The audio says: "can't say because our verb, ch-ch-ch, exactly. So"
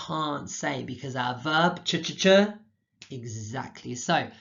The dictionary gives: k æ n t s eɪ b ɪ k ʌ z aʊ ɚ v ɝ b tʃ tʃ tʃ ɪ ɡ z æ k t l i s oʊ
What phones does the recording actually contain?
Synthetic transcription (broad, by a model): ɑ n t s eɪ b ɪ k ʌ z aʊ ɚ v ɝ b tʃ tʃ tʃ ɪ ɡ z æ k t l i s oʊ